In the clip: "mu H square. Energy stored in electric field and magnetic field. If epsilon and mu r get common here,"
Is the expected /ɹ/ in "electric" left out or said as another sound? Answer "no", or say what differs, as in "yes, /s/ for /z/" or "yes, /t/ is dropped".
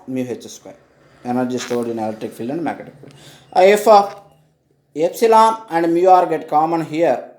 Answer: yes, /ɹ/ is dropped